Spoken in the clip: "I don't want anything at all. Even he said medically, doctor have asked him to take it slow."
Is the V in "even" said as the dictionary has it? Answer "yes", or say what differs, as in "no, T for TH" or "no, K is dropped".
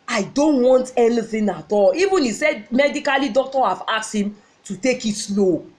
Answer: yes